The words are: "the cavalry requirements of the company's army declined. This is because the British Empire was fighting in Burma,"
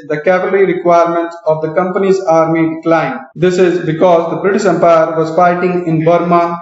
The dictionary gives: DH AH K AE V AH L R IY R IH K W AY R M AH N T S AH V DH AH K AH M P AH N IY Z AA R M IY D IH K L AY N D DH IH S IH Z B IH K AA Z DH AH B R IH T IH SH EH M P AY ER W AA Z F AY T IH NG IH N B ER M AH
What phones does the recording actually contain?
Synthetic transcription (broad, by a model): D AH K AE P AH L R IY R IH K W AY R M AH N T S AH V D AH K AH M P AH N IY Z AA R M IY D IH K L AY N D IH S IH Z B IH K AA Z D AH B R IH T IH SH EH M P AY ER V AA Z F AY T IH NG IH N B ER M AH